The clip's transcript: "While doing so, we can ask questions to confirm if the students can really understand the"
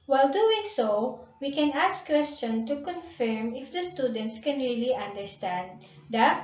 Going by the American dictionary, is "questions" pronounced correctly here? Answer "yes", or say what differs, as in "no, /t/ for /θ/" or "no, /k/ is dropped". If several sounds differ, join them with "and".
no, /z/ is dropped